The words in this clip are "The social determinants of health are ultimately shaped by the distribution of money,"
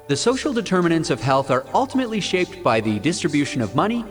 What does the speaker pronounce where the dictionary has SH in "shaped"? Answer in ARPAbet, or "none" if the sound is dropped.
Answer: SH